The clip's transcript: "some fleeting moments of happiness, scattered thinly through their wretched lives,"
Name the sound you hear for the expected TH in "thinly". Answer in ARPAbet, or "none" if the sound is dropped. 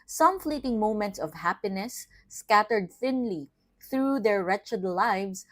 TH